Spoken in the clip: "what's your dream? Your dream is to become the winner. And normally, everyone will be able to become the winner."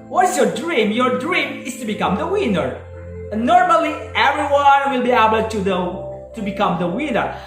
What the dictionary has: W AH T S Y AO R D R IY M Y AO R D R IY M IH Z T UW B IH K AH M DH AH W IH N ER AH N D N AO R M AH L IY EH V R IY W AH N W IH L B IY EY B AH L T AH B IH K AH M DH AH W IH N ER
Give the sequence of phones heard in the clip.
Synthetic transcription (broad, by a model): W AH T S Y AO R D R IY M Y AO R D R IY M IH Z T UW B IH K AH M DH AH W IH N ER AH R N AO R M AH L IY EH V R IY W AH N W IH L B IY EY B AH L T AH B IH K AH M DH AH W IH N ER